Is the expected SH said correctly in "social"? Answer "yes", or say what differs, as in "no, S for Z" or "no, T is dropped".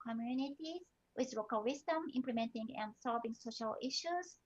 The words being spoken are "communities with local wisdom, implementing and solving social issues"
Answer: yes